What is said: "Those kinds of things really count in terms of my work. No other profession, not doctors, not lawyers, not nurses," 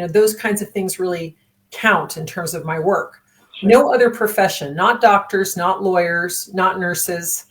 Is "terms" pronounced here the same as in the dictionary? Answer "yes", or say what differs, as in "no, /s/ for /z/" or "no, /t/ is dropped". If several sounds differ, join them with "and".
yes